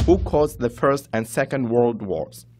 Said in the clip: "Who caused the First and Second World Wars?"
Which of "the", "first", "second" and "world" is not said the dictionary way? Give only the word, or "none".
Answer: none